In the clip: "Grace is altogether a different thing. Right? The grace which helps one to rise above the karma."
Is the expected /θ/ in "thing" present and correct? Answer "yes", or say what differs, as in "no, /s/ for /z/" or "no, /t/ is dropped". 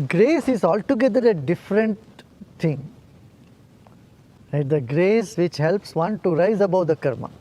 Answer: no, /t/ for /θ/